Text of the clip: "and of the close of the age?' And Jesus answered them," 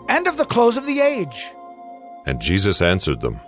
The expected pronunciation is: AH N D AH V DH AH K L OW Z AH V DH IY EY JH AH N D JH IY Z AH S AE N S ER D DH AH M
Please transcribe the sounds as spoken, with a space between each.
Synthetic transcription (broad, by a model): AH N D AH V DH AH K L OW Z AH V DH IY EY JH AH N JH IY Z AH S AE N S ER D DH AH M